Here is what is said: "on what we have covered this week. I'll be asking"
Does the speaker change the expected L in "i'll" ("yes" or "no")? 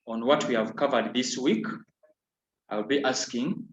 no